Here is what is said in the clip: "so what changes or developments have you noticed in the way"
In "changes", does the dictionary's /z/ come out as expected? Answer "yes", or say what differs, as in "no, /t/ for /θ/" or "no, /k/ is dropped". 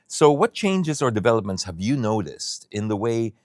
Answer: yes